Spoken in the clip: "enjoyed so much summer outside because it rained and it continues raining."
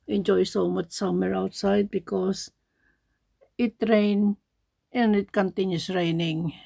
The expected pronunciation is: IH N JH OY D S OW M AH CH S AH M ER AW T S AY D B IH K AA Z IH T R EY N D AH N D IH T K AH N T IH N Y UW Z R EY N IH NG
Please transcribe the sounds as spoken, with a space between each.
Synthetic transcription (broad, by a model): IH N JH OY S OW M AH CH S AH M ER AW T S AY D B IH K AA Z IH T R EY N AH N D IH T K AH N T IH N Y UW S R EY N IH NG